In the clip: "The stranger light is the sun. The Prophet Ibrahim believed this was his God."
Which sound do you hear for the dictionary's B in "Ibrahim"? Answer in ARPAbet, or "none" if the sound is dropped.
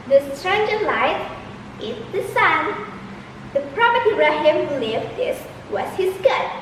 none